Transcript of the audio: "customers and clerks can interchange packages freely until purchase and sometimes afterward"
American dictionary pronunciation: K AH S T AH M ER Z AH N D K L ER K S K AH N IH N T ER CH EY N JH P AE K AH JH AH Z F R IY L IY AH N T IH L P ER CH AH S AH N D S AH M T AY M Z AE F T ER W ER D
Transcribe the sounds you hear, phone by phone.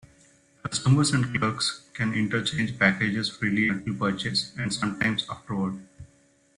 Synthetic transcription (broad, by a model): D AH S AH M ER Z AH N D K L ER K S K AH N IH N T ER CH EY N JH P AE K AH JH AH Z F R IY L IY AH T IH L P ER CH AH S AH N D S AH M T AY M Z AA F T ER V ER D